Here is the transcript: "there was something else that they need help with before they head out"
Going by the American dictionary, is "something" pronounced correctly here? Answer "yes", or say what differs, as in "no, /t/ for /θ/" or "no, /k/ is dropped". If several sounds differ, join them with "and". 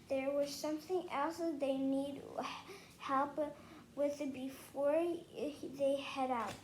yes